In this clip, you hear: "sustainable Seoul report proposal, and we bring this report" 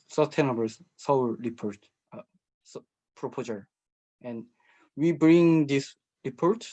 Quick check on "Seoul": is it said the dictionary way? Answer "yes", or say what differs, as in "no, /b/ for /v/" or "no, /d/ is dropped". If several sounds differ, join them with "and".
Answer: no, /w/ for /l/